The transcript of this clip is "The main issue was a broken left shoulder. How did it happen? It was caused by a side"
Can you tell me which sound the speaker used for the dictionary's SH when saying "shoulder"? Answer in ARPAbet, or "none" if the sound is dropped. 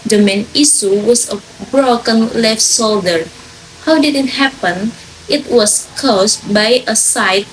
S